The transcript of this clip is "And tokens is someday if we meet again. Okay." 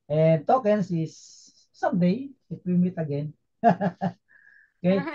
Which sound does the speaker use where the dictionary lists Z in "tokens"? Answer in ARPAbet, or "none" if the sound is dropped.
S